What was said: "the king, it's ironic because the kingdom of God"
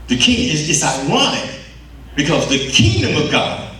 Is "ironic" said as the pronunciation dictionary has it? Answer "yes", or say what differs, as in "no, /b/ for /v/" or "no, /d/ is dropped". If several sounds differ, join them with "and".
no, /w/ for /ɹ/ and /n/ is dropped